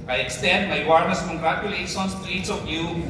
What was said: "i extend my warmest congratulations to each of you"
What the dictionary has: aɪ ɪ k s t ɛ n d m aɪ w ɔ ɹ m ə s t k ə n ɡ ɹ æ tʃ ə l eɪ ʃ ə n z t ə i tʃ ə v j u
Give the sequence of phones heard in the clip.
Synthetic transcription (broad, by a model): aɪ ɪ k s t ɛ n d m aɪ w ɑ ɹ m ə s k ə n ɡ ɹ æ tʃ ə l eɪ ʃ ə n s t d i s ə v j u